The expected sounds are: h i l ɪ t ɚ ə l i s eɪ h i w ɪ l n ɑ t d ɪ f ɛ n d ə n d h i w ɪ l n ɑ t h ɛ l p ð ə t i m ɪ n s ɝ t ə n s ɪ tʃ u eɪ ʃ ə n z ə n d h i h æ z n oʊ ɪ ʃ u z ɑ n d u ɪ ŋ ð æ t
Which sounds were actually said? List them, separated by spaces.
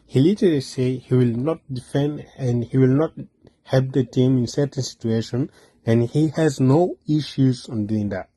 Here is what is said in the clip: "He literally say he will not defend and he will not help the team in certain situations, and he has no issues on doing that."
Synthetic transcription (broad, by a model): h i l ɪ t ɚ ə l i s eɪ h i w ɪ l n ɑ t d ɪ f ɛ n d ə n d h i w ɪ l n ɑ t h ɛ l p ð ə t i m ɪ n s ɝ t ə n s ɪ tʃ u eɪ ʃ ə n ə n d h i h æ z n oʊ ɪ ʃ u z ɑ n d u ɪ ŋ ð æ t